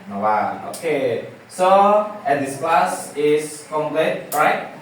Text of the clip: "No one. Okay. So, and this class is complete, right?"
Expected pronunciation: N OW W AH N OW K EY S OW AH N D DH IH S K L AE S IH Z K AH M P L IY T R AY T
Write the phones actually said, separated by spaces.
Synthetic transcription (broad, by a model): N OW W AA OW K EY S OW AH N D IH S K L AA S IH S K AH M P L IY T R AY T